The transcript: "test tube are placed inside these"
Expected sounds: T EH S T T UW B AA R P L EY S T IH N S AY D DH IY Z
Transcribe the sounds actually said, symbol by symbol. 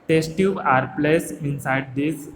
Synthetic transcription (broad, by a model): T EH S T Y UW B AA R P L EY S IH N S AY D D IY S